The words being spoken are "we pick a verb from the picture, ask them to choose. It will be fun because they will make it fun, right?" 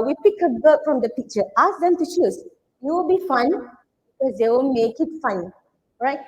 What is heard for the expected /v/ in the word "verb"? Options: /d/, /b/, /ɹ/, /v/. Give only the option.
/b/